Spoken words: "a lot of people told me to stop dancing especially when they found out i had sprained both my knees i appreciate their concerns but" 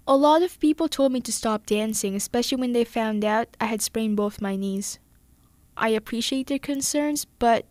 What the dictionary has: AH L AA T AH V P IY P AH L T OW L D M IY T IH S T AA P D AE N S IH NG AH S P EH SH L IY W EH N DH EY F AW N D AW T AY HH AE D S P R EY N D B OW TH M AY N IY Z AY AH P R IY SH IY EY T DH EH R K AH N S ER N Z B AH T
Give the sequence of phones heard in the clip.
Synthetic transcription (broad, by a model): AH L AA T AH V P IY P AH L T OW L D M IY T IH S T AA P D AE N S IH NG AH S P EH SH L IY W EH N DH EY F AW N D AW T AY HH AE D S P R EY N B OW TH M AY N IY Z AY AH P R IY SH IY EY T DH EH R K AH N S ER N Z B AH T